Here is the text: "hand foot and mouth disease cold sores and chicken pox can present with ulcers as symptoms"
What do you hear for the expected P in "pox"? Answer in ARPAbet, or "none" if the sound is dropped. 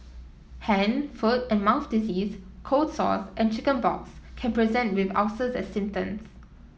B